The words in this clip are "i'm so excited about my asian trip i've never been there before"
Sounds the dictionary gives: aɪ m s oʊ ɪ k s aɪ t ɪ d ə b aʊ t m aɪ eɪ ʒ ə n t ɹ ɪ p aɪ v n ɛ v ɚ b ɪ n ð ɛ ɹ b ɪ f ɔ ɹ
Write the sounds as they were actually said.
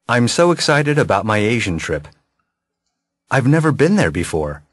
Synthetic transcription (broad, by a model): aɪ m s oʊ ɪ k s aɪ t ɪ d ə b aʊ t m aɪ eɪ ʒ ə n t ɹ ɪ p aɪ v n ɛ v ɚ b ɪ n ð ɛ ɹ b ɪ f ɔ ɹ